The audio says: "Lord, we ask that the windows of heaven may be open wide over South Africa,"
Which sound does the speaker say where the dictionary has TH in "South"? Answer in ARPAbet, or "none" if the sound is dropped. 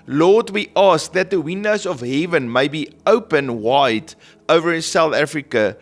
TH